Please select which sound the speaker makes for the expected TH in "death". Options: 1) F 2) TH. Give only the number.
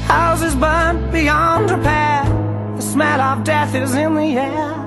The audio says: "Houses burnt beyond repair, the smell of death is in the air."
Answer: 2